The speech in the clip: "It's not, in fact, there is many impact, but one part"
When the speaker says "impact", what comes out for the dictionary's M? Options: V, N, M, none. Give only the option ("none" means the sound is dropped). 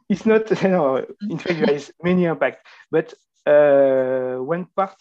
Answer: none